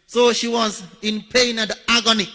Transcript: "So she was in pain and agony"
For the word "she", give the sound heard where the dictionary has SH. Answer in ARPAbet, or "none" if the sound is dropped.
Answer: SH